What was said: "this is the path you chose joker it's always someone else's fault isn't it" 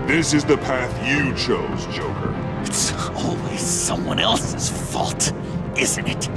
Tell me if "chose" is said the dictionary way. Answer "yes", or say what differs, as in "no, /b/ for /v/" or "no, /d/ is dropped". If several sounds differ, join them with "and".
yes